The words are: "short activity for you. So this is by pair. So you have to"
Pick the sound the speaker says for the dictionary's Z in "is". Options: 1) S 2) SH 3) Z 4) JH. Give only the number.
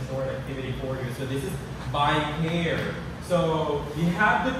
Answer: 3